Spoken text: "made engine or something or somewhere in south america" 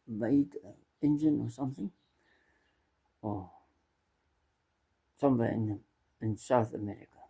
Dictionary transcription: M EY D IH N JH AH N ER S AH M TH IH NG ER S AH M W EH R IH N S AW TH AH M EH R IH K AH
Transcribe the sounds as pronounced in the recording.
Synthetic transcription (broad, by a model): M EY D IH N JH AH N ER S AH M TH IH NG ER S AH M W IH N IH N S AW TH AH M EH R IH K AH